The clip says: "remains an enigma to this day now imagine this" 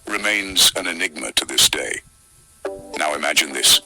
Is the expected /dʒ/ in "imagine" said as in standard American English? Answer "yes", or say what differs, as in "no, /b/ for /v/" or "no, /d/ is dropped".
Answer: yes